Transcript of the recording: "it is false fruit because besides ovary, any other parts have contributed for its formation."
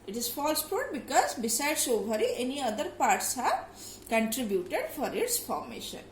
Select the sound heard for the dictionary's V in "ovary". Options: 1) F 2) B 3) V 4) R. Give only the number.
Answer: 2